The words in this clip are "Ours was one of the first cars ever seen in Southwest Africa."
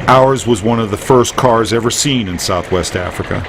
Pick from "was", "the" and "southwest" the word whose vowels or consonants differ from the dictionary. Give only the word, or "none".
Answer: none